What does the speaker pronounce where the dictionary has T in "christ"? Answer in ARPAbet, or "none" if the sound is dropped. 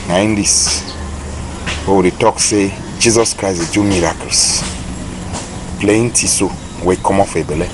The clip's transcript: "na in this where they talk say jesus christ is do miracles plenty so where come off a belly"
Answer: none